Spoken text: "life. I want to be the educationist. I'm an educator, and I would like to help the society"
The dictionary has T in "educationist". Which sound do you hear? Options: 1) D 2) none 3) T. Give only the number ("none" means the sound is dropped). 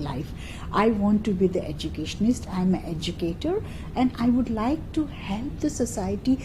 3